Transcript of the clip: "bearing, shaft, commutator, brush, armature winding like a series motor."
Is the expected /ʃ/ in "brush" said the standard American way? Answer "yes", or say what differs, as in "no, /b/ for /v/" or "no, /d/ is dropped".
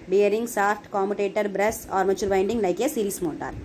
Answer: no, /s/ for /ʃ/